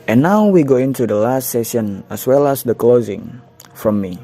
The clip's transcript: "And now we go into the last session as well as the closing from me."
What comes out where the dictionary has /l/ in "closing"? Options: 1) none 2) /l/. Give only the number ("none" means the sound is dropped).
2